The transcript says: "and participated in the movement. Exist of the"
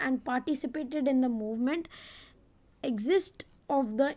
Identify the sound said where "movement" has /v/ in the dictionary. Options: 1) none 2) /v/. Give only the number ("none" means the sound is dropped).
2